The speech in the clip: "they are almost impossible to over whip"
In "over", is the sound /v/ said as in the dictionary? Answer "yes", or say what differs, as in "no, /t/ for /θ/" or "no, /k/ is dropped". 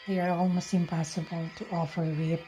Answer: no, /f/ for /v/